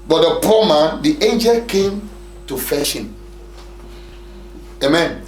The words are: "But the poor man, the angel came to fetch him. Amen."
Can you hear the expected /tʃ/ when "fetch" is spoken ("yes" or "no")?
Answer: no